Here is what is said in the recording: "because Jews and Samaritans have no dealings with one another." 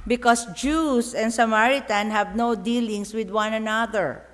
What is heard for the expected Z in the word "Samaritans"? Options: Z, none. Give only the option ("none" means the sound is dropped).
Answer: none